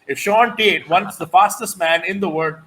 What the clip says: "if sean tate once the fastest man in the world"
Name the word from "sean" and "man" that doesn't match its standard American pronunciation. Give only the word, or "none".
none